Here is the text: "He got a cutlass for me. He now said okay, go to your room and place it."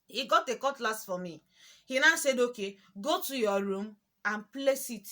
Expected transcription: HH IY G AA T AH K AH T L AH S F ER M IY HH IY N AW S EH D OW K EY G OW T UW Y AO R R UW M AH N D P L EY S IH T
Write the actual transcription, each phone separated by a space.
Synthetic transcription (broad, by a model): HH IY G AA T AH K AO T L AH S F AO M IY HH IY N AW S EH D OW K EY G OW T UW Y AO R R UW M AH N P L EY S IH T